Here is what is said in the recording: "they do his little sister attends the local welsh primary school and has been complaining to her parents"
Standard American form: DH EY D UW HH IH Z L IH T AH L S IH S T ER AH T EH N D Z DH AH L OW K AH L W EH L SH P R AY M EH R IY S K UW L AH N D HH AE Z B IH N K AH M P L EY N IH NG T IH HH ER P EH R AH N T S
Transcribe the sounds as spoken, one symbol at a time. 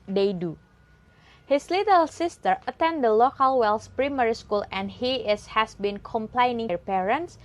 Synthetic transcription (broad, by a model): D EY D UW HH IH S L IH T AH L S IH S T ER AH T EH N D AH L OW K AH L W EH L S P R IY M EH R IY S K UW L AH N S HH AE S B IH N K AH M P L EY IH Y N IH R P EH R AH N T S